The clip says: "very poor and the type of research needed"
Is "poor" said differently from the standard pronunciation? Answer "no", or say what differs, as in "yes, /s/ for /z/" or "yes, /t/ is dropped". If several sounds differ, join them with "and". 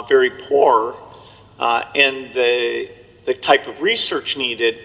no